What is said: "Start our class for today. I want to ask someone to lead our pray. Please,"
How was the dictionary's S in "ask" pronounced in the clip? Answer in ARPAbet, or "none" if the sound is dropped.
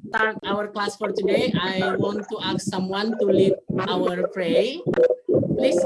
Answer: none